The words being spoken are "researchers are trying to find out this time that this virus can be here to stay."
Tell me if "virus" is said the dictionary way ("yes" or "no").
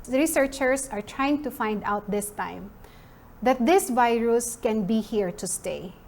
yes